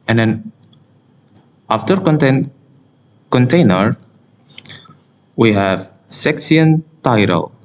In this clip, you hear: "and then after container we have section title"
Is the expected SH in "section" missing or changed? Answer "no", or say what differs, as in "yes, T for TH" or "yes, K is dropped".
yes, S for SH